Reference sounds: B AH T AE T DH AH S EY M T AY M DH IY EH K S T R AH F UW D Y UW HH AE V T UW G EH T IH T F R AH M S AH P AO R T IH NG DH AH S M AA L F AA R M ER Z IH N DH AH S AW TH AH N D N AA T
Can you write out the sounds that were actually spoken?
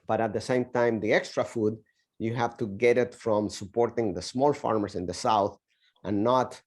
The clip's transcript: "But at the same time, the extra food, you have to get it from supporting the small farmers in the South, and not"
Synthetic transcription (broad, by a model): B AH T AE T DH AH S EY M T AY M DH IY EH K S T R AH F UW D Y UW HH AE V T UW G EH T IH T F R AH M S AH P AO R T IH NG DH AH S M AA L F AA R M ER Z IH N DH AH S AW TH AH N N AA T